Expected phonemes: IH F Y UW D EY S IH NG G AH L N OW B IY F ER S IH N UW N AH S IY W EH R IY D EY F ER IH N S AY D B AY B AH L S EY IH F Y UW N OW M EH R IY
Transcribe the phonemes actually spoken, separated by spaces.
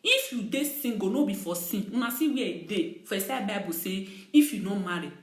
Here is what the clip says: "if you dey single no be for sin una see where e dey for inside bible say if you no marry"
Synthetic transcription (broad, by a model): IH F Y UW D EY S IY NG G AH N OW B IY F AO S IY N UW N AH S IY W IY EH D EY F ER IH S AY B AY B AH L S EY IH F Y UW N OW M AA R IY